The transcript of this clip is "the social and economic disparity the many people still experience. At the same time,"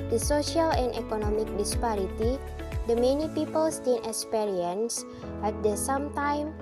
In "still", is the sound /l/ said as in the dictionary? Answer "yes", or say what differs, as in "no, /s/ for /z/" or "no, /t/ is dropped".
no, /n/ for /l/